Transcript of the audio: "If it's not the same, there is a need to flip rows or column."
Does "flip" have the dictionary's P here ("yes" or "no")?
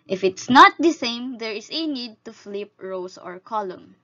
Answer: yes